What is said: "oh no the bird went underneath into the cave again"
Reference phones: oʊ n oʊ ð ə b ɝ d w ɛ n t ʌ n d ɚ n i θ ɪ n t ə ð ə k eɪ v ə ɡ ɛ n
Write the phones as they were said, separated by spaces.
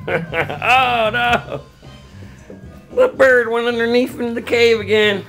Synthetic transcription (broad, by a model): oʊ n oʊ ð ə b ɝ d w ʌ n ʌ n d ɚ n i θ ɪ n t ə ð ə k eɪ v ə ɡ ɛ n